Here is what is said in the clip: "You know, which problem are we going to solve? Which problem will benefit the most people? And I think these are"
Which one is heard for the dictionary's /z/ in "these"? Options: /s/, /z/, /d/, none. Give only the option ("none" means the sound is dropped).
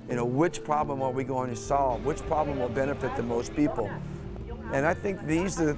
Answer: /z/